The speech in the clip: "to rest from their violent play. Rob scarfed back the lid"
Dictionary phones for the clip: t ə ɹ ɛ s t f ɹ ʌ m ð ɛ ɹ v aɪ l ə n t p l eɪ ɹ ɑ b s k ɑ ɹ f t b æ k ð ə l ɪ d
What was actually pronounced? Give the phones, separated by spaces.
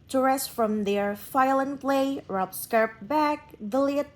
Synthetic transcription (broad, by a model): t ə ɹ ɛ s t f ɹ ʌ m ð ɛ ɹ f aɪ l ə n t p l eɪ ɹ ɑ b s k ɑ ɹ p b æ k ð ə l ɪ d